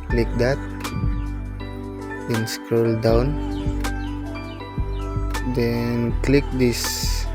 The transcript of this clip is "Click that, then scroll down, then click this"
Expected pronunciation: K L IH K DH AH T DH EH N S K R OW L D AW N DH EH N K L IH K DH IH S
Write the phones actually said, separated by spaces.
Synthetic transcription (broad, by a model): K L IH K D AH T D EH N S K R OW L D AW N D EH N K L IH K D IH S